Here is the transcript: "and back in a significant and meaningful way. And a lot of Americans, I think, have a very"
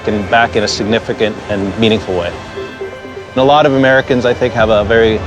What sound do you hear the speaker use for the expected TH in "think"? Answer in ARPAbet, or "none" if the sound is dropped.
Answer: TH